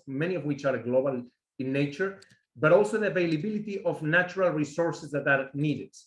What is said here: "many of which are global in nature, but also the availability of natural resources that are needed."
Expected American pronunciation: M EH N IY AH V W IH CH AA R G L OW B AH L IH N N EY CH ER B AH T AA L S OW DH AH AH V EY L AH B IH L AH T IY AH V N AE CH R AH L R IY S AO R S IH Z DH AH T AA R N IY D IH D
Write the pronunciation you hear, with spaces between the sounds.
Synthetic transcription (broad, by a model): M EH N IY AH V W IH CH AA R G L OW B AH L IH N N EY CH ER B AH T AA L S OW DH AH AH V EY L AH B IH L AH T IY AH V N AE CH R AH L R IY S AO R S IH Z DH AH T AA R N IY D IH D